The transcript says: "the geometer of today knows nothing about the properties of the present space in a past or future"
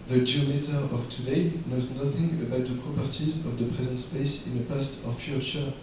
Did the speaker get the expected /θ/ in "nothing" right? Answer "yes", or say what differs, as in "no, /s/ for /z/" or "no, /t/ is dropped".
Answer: yes